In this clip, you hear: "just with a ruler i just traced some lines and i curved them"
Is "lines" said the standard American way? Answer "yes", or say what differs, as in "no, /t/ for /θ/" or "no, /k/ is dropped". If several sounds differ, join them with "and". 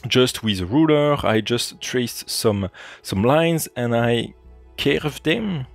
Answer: yes